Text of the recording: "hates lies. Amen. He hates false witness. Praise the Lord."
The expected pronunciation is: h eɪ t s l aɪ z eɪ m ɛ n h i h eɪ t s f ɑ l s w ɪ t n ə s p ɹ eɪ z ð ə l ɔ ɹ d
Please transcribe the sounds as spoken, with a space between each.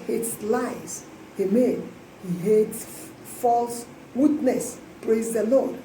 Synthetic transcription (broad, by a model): h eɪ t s l aɪ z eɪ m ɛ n h i h eɪ t s f ɑ l s w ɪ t n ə s p ɹ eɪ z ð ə l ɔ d